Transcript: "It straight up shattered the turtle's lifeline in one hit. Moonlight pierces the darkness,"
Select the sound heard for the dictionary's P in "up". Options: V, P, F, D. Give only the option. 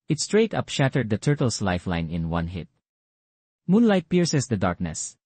P